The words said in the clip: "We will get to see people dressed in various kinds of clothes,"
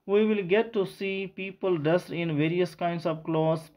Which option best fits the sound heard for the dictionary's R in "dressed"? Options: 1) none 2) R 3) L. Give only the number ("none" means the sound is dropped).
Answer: 1